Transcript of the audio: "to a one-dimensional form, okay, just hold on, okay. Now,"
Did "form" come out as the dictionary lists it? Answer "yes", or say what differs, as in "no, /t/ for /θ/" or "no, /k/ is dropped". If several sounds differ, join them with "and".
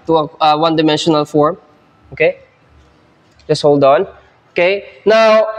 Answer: yes